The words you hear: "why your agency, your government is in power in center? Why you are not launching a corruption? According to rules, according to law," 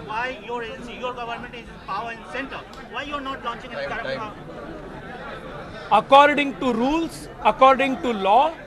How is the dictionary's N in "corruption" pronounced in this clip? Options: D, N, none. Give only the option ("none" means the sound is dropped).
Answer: none